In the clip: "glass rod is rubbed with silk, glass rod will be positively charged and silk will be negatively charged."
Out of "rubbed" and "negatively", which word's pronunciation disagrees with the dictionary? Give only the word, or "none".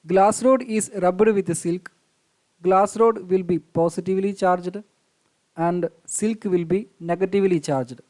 none